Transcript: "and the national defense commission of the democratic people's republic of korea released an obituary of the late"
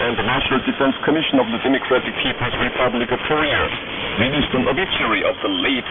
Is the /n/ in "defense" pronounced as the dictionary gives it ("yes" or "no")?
yes